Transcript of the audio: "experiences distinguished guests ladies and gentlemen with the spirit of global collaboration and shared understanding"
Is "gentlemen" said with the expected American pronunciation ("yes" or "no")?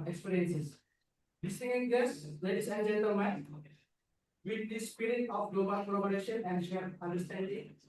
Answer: no